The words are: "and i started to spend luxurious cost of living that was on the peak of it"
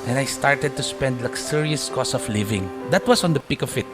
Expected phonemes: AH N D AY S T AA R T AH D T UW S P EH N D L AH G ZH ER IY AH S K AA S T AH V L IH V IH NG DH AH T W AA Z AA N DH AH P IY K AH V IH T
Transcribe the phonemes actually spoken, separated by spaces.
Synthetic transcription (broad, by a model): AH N AY S T AA R T AH D T UW S P EH N D L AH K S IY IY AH S K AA S AH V L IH V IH NG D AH T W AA S AA N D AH P IY K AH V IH T